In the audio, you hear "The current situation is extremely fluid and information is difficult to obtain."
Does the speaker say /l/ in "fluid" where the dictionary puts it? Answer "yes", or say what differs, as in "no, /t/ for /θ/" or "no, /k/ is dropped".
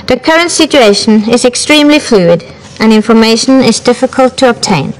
yes